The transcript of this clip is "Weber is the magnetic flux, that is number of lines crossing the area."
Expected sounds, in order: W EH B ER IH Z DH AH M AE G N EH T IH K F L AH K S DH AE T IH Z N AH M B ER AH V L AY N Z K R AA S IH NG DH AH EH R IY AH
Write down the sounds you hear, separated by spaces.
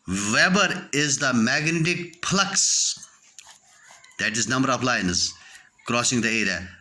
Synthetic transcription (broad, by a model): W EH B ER IH Z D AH M AE G N EH T IH K P L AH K S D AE T IH Z N AH M B ER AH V L AY N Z K R AA S IH NG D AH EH R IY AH